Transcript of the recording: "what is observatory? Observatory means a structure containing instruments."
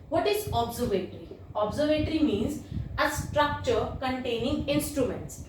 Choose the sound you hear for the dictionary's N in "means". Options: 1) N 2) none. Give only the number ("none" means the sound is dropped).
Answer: 1